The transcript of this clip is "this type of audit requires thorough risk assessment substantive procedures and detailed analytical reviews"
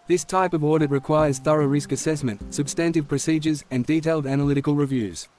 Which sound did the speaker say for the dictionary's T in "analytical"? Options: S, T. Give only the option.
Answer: T